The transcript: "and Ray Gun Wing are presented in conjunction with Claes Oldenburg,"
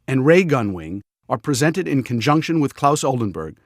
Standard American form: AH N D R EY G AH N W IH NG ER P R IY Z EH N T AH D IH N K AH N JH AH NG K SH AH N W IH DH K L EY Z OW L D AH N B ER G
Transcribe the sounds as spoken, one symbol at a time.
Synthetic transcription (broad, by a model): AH N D R EY G AH N W IH NG ER P R IY Z EH N T AH D IH N K AH N JH AH NG K SH AH N W IH DH K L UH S OW L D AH N B ER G